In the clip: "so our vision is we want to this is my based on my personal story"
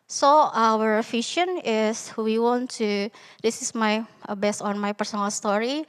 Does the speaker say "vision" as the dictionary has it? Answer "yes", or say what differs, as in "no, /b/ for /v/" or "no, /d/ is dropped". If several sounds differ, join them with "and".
no, /f/ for /v/ and /ʃ/ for /ʒ/